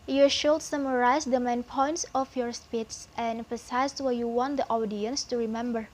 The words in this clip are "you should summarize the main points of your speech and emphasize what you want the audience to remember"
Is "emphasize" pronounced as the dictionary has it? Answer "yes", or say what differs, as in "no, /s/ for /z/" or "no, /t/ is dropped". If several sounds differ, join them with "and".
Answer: no, /m/ is dropped